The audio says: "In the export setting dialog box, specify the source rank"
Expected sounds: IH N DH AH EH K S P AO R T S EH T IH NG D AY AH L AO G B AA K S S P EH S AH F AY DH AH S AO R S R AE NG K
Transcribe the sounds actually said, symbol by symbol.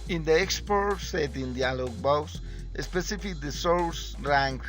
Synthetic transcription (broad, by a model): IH N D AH EH K S P AO R T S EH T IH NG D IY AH L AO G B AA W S S P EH S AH F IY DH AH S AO L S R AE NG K